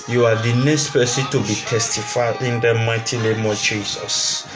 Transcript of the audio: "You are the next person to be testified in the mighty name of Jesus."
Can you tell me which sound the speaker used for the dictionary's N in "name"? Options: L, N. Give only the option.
L